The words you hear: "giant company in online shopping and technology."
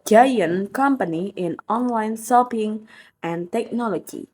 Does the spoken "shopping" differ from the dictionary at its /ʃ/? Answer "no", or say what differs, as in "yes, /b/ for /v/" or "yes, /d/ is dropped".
yes, /s/ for /ʃ/